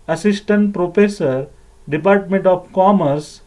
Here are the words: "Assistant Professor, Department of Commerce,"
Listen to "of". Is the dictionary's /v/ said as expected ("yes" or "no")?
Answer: no